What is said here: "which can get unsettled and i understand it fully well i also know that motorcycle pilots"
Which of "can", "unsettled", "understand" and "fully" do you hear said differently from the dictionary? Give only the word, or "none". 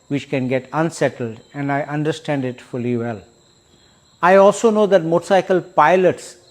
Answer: none